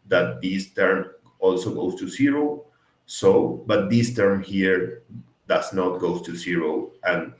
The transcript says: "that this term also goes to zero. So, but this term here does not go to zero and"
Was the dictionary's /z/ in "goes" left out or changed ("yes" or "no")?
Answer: yes